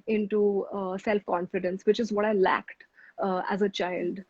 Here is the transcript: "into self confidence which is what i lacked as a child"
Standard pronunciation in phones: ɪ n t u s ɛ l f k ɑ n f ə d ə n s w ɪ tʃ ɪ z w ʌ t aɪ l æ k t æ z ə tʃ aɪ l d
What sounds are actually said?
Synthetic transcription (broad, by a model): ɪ n t u s ɛ l f k ɑ n f ə d ə n s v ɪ tʃ ɪ z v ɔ t aɪ l æ k t æ z ə tʃ aɪ l d